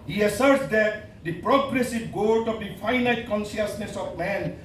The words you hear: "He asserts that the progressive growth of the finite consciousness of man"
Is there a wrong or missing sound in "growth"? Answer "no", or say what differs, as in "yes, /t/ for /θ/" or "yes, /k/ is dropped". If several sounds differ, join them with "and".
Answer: yes, /ɹ/ is dropped and /t/ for /θ/